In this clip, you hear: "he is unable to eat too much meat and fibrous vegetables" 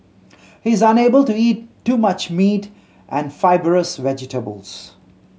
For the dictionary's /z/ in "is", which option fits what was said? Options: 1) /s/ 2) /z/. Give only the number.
2